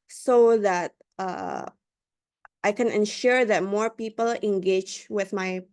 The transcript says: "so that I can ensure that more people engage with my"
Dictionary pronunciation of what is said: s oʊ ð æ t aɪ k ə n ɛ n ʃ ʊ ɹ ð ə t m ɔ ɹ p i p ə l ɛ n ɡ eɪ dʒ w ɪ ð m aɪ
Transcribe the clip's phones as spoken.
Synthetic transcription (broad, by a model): s oʊ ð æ t aɪ k ə n ɛ n ʃ ʊ ɹ ð ə t m ɔ ɹ p i p ə l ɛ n ɡ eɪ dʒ w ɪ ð m aɪ